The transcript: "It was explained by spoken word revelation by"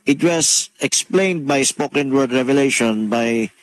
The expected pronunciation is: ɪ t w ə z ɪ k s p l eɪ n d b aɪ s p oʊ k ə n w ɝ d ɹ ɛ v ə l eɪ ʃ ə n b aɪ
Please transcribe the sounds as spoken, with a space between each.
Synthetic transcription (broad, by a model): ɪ t w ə s ɪ k s p l eɪ n d b aɪ s p oʊ k ə n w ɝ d ɹ ɛ v ə l eɪ ʃ ə n b aɪ